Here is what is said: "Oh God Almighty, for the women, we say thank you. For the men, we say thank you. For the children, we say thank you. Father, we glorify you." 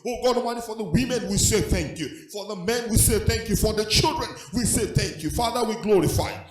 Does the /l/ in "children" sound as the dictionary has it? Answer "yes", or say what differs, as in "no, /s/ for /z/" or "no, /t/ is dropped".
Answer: yes